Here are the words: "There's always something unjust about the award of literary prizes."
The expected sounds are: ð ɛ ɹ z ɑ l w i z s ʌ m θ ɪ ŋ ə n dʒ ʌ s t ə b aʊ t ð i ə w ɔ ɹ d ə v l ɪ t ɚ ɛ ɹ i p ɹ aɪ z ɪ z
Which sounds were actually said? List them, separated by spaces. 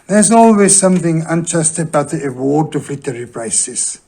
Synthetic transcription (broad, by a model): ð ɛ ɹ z ɑ l w i z s ʌ m θ ɪ ŋ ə n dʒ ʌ s t ə b aʊ t ð i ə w ɔ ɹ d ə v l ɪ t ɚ ɹ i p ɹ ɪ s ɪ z